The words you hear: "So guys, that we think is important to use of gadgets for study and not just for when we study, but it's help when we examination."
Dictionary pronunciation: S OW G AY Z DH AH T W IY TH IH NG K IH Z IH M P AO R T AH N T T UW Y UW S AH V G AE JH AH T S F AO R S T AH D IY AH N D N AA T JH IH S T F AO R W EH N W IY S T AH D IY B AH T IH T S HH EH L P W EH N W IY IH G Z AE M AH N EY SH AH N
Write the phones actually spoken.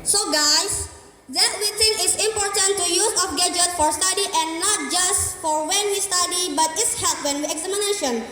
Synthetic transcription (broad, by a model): S OW G AY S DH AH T W IY T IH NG IH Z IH M P AO R T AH N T T UW Y UW S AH F G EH JH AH T F AO R S T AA D IY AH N N AA T JH IH S T F AO R W EH N W IY S T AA D IY B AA T IH T S HH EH L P W EH N W IY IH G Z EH M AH N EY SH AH N